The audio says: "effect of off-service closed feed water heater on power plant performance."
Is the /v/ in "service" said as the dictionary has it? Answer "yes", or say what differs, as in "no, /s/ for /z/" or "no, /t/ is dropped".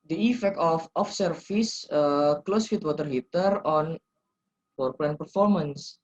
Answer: no, /f/ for /v/